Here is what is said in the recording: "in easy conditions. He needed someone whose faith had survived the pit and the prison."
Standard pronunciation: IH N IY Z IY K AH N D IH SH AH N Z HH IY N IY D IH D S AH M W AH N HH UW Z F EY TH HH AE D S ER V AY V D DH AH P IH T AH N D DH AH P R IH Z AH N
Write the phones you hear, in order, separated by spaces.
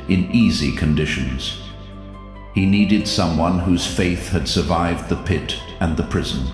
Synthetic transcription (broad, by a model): IH N IY Z IY K AH N D IH SH AH N Z HH IY N IY D IH D S AH M W AH N HH UW Z F EY TH HH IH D S ER V AY V D DH AH P IH T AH N DH AH P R IH Z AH N